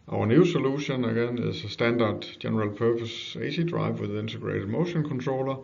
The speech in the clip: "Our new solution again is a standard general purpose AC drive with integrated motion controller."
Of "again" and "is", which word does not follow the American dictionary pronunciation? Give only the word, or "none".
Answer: is